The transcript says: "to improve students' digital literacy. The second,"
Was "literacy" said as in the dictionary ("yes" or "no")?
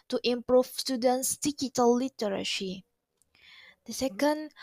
no